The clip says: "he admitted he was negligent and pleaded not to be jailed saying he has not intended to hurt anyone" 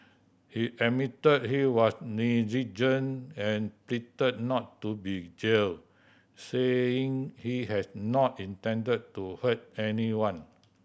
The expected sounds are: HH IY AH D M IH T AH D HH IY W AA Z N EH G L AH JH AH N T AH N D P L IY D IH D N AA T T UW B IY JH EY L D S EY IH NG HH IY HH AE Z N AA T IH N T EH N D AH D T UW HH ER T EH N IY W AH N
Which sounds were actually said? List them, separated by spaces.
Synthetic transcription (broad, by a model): HH IY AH M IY T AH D HH IY W AA S N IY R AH JH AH N AH N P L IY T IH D N AA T T UW B IY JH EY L S EY IH NG HH IY HH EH S N AA T IH N T EH N D AH D T UW HH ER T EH N IY W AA N